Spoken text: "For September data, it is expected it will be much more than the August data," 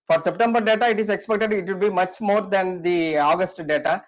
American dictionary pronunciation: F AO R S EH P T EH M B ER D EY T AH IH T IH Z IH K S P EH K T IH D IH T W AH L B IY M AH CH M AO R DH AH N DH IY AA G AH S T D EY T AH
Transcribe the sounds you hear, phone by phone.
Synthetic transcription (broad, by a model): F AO R S EH P T EH M B ER D EY T AH IH T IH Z IH K S P EH K T IH D IH T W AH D B IY M AH CH M AO R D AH N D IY AA G AH S T D EY T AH